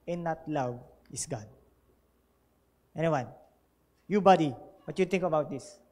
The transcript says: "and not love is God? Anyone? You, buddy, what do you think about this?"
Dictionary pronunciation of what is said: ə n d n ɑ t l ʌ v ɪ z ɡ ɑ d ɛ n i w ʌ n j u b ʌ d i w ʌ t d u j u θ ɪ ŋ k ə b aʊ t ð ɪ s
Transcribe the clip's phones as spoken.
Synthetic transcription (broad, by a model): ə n n ɑ t l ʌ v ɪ s ɡ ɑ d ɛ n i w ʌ n j u b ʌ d i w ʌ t j u t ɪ ŋ k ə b aʊ t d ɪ s